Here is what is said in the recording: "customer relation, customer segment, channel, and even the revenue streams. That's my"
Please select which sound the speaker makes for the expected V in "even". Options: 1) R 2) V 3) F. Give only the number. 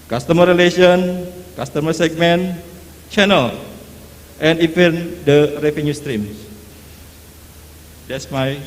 3